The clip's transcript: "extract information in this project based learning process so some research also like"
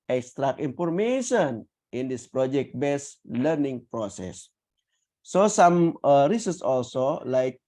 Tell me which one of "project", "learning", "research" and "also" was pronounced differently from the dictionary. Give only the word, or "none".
research